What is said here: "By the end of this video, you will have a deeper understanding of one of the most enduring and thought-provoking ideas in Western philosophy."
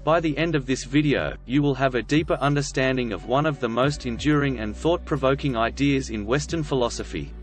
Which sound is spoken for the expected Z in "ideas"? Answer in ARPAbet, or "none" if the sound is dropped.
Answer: Z